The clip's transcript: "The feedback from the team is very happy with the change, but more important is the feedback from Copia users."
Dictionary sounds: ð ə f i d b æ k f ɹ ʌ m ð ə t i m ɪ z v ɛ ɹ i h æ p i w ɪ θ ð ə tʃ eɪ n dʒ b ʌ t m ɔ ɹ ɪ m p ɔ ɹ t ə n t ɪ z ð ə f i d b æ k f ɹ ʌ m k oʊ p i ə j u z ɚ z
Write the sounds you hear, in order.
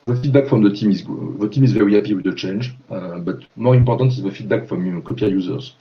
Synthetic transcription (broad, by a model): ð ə f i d b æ k f ɹ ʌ m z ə t i m ɪ z v ɛ ɹ i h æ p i w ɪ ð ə tʃ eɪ n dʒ b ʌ t m ɔ ɹ ɪ m p ɔ ɹ t ə n t ɪ z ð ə f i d b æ k f ɹ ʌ m k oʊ p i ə j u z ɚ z